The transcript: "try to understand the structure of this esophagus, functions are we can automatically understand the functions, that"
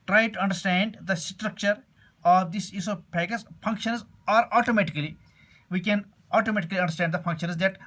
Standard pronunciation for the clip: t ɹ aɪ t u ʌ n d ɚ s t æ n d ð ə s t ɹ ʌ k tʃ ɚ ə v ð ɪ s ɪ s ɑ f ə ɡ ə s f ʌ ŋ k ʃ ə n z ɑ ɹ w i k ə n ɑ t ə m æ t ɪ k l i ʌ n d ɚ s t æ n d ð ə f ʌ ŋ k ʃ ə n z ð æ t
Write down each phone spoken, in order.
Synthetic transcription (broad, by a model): t ɹ aɪ t u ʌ n d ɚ s t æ n d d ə s t ɹ ʌ k tʃ ɚ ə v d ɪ s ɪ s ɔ p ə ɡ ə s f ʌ ŋ k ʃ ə n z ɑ ɹ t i k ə n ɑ t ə m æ t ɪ k l i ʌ n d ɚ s t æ n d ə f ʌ ŋ k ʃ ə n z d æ t